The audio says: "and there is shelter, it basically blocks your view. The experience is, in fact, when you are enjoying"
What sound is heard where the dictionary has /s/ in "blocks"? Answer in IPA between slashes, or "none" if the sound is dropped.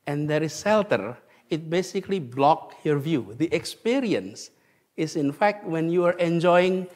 none